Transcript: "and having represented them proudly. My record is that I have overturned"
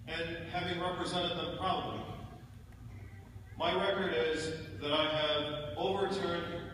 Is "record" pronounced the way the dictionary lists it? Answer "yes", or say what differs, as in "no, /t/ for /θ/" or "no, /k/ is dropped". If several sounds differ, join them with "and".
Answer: yes